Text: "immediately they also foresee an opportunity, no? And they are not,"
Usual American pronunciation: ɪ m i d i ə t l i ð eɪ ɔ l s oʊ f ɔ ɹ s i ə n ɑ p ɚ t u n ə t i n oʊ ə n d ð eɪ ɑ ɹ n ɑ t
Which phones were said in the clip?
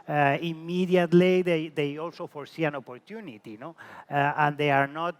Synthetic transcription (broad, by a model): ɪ m i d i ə t l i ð eɪ ɔ l s oʊ f ɔ ɹ s i ə n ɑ p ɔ t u n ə t i n oʊ ə n d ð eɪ ɑ ɹ n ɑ t